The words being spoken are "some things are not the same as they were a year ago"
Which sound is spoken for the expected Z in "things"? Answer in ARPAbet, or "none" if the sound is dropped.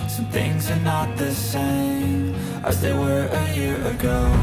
Z